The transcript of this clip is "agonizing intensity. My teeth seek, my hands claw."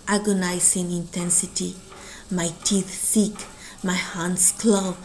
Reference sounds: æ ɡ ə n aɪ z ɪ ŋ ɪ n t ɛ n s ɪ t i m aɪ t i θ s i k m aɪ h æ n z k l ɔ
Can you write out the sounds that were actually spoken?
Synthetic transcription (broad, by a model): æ ɡ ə n aɪ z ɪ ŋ ɪ n t ɛ n s ɪ t i m aɪ t i θ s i k m aɪ h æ n s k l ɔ